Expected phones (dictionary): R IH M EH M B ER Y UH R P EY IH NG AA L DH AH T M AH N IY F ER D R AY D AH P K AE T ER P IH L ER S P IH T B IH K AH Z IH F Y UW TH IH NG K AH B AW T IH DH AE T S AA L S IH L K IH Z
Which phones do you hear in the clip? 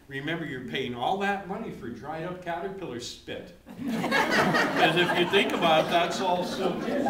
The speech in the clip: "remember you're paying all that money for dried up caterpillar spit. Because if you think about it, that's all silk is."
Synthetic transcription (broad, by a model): R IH M EH M B ER Y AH R P EY IH NG AA L DH AH T M AH N IY F ER D R AY D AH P K AE T ER P IH L ER S P IH T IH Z IH F Y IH TH IH NG K AH B AW T DH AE T S AA L S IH